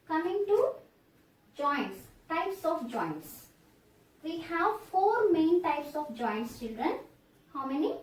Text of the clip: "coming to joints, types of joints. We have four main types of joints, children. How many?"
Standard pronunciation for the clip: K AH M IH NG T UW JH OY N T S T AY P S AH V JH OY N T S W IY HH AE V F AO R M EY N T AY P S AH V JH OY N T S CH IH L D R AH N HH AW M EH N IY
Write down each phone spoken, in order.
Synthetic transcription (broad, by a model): K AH M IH NG T UW JH OY N T S T AY P S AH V JH OY N T S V IY HH AE V F AO R M EY N T AY P S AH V JH OY N T S CH IH L D R AH N HH AW M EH N IY